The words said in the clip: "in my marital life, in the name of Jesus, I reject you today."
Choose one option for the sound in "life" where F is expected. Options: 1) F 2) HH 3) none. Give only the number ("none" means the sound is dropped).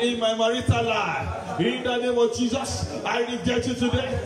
3